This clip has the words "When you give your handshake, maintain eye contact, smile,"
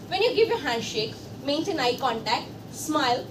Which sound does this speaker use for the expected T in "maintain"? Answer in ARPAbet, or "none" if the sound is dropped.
S